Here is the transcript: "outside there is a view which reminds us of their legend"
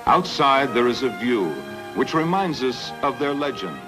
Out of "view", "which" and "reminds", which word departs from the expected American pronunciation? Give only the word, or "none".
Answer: none